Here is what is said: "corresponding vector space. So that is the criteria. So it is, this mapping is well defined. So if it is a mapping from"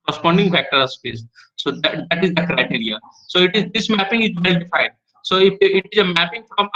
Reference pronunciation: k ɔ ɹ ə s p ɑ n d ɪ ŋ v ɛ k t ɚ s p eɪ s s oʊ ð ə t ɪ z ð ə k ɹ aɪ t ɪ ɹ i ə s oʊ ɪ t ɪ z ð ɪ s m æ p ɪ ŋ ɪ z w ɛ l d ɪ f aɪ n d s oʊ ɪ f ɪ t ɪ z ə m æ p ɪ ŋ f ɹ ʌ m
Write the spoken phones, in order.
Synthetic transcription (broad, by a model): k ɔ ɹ s p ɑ n d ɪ ŋ f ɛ k t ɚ s p eɪ s s oʊ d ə t ɪ z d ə k ɹ aɪ t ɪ ɹ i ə s oʊ ɪ t ɪ z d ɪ s m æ p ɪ ŋ ɪ z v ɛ l d ɪ f aɪ n d s oʊ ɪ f ɪ t ɪ z ə m æ p ɪ ŋ f ɹ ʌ m